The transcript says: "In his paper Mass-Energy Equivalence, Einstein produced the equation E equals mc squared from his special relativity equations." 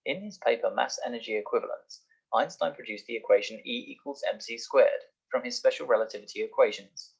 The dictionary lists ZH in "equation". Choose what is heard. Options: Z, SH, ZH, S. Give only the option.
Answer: ZH